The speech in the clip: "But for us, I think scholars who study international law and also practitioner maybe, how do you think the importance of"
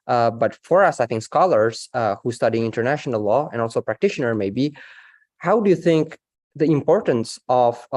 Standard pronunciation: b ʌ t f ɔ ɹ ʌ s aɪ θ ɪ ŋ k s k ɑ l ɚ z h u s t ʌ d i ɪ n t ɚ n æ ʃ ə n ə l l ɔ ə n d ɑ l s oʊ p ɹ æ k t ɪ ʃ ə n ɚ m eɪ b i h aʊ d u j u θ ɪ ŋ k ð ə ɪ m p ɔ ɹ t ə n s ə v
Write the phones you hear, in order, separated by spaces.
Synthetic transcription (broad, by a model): b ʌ t f ɔ ɹ ʌ s aɪ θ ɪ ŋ k s k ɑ l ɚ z h u s t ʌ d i ɪ n t ɚ n æ ʃ ə n ə l l ɔ ə n d ɑ l s oʊ p ɹ æ k t ɪ ʃ ə n ɚ m eɪ b i h aʊ d u j u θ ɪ ŋ k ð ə ɪ m p ɔ ɹ t ə n s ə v